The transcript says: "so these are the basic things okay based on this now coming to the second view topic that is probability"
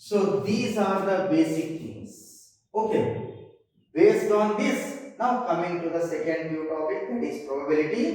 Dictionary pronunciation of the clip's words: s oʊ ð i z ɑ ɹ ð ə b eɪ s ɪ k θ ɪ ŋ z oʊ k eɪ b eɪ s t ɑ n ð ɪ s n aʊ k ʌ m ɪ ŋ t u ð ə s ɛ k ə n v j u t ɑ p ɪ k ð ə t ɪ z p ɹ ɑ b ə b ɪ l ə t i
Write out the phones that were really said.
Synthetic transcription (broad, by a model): s oʊ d i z ɑ ɹ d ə b eɪ s ɪ k t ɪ ŋ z oʊ k eɪ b eɪ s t ɑ n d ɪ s n aʊ k ʌ m ɪ ŋ t u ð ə s ɛ k ə n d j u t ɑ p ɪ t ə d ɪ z p ɹ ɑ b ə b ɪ l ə t i